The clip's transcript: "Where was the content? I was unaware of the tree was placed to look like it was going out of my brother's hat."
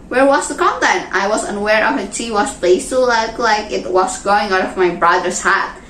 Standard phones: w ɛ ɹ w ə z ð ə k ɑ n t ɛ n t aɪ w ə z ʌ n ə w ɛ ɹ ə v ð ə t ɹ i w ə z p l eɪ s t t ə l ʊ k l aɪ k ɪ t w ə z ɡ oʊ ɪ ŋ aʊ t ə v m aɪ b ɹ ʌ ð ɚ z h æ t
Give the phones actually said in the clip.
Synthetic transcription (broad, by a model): w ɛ ɹ w ə z ð ə k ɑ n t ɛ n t aɪ w ə z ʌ n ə w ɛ ɹ ə v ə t i w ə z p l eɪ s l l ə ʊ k l aɪ k ɪ t w ə z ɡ oʊ ɪ ŋ aʊ t ə v m aɪ b ɹ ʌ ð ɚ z h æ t